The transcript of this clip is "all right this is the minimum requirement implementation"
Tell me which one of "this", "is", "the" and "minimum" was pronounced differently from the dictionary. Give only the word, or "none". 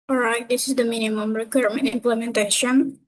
none